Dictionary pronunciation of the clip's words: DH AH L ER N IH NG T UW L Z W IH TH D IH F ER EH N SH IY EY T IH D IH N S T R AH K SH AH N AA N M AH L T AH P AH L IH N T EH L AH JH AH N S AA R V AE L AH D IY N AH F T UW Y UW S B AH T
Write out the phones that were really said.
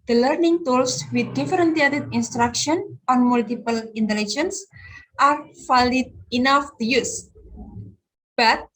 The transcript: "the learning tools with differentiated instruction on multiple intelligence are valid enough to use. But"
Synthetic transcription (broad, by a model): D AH L ER N IH NG T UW L S W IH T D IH F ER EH N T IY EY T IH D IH N S T R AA K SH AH N AA N M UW L T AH P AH L IH N T EH L AH JH AH N S AA R F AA L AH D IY N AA F T UW Y UW S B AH T